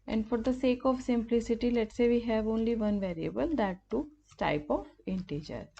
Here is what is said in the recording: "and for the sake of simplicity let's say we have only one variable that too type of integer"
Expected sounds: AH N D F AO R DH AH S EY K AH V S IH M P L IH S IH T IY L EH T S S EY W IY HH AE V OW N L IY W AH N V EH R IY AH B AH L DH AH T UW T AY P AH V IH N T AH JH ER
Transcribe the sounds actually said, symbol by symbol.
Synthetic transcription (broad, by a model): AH N D F AO R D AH S EY K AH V S IH M P L IH S IH T IY L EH T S S EY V IY HH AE V OW N L IY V AH N V EH R IY AH B AH L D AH T UW T AY P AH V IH N T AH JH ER